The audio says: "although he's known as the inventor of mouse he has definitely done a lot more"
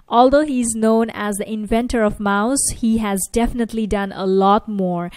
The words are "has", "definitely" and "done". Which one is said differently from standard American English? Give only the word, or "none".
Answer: none